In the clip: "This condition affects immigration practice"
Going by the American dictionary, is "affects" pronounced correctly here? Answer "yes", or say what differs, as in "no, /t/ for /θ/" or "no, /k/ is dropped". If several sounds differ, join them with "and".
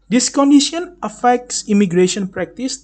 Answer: yes